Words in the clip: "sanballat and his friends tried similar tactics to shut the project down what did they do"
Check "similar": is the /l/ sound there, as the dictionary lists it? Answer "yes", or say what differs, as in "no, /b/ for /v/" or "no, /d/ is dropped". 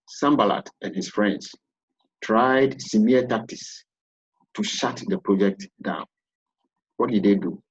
no, /l/ is dropped